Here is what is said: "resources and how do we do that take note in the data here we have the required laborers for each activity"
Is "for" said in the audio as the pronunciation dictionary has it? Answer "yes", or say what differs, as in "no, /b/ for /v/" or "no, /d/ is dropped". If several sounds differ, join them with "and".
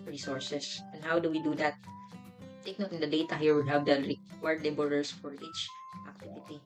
yes